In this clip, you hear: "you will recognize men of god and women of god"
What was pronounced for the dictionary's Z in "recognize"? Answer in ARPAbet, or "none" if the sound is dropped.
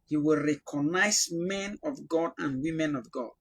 S